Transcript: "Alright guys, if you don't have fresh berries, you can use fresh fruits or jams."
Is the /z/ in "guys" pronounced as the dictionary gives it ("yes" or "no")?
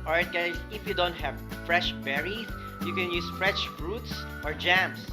no